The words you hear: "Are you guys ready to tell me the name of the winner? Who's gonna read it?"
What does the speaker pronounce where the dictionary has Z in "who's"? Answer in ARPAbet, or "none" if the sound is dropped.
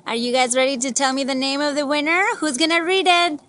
Z